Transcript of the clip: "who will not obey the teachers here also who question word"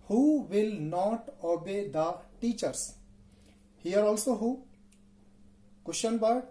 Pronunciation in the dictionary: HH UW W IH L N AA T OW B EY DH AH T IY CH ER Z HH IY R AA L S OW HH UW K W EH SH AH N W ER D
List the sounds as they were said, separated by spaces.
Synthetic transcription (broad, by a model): HH UW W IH L N AA T OW B EY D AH T IY CH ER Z HH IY R AA L S OW HH UW K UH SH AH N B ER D